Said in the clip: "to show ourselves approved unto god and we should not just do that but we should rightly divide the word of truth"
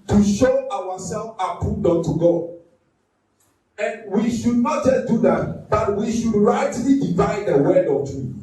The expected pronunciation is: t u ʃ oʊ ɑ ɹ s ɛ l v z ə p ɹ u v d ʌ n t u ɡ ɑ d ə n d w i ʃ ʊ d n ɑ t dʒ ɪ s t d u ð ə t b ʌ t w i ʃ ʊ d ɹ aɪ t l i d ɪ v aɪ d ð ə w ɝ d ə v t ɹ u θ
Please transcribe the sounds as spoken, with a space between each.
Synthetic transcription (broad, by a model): t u ʃ oʊ ɑ w s ɛ l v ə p u d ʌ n t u ɡ ɑ d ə n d w i ʃ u d n ɑ t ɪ d u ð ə t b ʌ t w i ʃ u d ɹ aɪ t l i d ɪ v aɪ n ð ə w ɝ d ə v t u